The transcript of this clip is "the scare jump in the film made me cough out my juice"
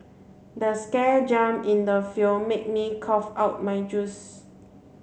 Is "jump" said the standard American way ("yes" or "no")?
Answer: no